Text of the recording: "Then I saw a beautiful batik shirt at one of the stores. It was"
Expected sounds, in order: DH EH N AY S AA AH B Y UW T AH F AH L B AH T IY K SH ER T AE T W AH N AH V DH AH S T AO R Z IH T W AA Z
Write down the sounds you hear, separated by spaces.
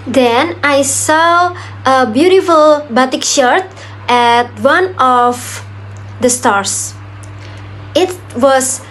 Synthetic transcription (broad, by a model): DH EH N AY S AA AH B Y UW T AH F AH L B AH T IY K SH ER T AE T W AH N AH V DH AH S T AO R S IH T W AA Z